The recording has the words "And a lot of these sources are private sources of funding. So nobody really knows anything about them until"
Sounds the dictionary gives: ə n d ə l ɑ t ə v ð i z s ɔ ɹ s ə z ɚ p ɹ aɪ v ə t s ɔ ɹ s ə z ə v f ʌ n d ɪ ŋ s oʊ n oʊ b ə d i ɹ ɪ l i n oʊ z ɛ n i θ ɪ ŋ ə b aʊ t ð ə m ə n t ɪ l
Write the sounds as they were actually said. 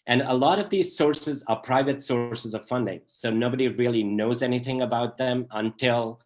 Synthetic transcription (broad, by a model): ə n ə l ɑ t ə v ð i z s ɔ ɹ s ə z ɚ p ɹ aɪ v ə t s ɔ ɹ s ə z ə v f ʌ n d ɪ ŋ s oʊ n oʊ b ə d i ɹ ɪ l i n oʊ z ɛ n i θ ɪ ŋ ə b aʊ t ð ə m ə n t ɪ l